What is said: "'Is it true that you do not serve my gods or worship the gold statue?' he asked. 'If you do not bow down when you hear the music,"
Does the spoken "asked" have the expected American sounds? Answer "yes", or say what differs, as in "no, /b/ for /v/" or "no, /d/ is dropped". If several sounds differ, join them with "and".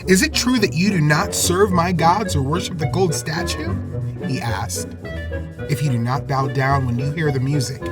yes